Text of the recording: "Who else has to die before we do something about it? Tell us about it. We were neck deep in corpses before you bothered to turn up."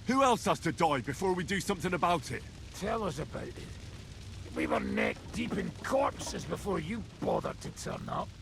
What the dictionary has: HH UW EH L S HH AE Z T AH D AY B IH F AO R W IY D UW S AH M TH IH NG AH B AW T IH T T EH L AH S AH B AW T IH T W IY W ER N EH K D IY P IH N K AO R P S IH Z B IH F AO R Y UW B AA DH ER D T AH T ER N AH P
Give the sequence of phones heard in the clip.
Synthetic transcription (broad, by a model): HH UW EH L S HH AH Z T AH D AY B IH F AO R W IY D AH S AH M TH IH NG AH B AW T IH T T EH L AH S AH B AW T IH T W IY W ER N EH K D IY P IH N K AO R P S IH Z B IH F AO R Y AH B AA DH ER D T AH T ER N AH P